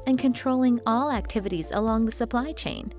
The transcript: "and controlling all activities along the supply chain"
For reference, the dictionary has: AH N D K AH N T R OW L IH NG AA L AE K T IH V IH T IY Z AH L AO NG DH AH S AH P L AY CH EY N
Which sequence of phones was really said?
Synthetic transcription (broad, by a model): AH N K AH N T R OW L IH NG AA L AE K T IH V IH T IY Z AH L AO NG DH AH S AH P L AY CH EY N